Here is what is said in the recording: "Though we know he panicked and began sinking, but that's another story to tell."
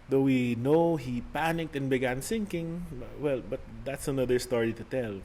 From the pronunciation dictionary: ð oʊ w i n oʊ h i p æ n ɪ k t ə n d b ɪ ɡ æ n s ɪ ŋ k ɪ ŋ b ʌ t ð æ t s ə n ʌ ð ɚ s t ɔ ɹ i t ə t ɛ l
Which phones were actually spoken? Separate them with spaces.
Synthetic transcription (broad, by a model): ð oʊ w i n oʊ h i p æ n ɪ k t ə n b ɪ ɡ æ n s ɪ ŋ k ɪ ŋ b ʌ t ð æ t s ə n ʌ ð ɚ s t ɔ ɹ i t ə t ɛ l